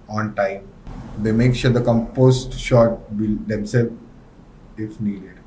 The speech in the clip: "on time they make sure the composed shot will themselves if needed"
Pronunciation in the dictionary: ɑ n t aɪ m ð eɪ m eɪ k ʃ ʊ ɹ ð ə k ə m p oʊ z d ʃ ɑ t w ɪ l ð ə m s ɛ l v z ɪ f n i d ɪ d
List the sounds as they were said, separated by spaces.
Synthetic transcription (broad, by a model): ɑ n t aɪ m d eɪ m eɪ k ʃ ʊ ɹ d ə k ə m p oʊ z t ʃ ɑ t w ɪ l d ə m s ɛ l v ɪ f n i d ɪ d